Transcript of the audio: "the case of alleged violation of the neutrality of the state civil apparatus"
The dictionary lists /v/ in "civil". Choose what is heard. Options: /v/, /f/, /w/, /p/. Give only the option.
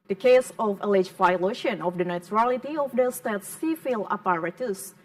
/f/